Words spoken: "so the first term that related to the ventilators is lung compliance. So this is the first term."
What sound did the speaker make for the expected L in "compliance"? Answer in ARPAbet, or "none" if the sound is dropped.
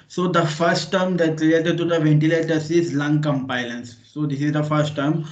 none